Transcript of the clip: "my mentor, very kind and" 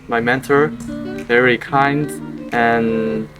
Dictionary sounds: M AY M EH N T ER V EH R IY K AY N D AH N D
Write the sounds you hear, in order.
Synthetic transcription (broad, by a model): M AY M EH N T ER V EH R IY K AY N D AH N